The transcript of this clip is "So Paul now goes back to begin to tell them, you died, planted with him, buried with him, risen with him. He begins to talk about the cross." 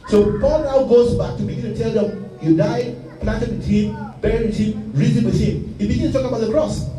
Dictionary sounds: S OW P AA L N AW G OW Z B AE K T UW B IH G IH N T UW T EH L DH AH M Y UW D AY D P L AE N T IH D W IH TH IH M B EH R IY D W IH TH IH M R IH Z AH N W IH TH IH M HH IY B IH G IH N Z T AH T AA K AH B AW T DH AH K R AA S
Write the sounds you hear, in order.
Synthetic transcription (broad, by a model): S OW P AA L N AW G OW Z B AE K T UW B IH G IH N T UW T EH L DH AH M Y UW D AY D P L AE N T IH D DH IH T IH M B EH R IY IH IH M R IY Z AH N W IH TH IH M HH IY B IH G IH N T T AH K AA AH B AW T DH AH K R AA S